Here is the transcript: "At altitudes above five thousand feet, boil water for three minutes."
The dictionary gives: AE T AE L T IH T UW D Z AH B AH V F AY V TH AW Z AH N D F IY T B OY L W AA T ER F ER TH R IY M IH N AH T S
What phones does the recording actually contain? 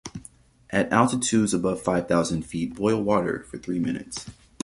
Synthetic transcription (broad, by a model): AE T AE L T IH T UW D Z AH B AH V F AY V TH AW Z AH N D F IY T B OY L W AA T ER F ER TH R IY M IH N AH T S